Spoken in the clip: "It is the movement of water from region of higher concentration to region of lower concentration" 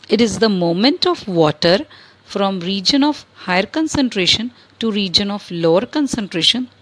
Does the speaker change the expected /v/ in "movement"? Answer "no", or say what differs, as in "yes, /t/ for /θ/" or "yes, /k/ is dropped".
yes, /v/ is dropped